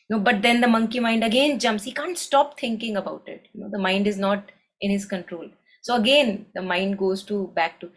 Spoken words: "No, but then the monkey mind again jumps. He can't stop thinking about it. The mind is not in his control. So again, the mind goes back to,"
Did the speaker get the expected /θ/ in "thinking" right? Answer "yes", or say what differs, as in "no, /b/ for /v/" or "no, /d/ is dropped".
no, /t/ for /θ/